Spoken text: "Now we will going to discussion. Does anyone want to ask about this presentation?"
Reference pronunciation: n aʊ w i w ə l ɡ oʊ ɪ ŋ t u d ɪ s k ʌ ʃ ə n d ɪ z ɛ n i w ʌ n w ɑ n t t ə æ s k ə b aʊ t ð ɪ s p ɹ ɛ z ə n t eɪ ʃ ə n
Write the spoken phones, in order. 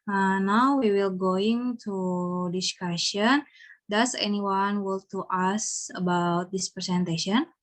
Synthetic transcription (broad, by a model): n aʊ w i w ə l ɡ oʊ ɪ ŋ t u d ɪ s k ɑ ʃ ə n d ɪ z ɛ n i w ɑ n w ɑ l t t ə s ə b aʊ t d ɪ s p ɹ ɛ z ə n t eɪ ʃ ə n